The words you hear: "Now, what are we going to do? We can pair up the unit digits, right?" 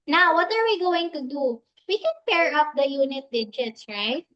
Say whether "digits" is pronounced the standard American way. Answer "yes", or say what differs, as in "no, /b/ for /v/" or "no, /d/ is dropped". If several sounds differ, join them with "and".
yes